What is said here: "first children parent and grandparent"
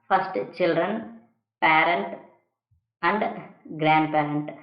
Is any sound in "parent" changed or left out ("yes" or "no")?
no